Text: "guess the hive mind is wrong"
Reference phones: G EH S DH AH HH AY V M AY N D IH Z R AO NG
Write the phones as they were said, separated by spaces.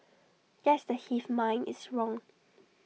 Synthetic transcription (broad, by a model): G EH S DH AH HH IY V M AY N IH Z R AO NG